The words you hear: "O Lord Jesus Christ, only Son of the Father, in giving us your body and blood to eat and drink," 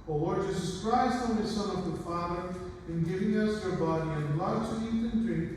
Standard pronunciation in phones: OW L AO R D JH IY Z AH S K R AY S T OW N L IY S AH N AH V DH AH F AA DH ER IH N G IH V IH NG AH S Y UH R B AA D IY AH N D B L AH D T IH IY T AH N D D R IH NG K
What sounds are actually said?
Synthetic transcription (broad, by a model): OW W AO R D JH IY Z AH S K R AY S T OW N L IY S AH N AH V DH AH F AA DH ER IH N G IH V IH NG AH S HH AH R B AA D IY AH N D L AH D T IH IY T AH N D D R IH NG